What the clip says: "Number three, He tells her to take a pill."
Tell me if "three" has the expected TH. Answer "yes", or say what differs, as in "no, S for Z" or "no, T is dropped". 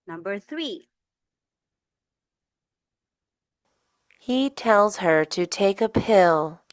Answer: yes